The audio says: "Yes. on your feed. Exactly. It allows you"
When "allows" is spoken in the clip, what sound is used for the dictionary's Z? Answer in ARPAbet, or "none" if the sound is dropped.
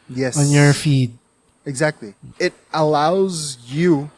Z